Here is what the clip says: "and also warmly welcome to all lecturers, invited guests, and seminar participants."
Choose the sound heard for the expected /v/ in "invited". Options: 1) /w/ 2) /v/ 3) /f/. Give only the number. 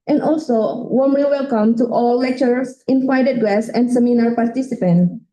3